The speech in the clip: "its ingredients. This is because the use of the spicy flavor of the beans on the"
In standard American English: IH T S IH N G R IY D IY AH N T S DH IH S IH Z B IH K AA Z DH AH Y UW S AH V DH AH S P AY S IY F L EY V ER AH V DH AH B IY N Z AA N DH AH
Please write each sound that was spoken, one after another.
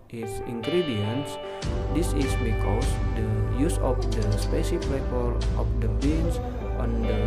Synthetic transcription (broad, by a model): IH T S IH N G R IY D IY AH N S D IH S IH S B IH K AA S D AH Y UW S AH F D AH S P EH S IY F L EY P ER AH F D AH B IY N S AA N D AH